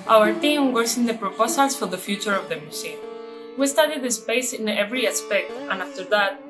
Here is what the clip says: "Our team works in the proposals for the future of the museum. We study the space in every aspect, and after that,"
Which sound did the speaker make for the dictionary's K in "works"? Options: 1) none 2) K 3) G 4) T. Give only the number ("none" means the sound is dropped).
1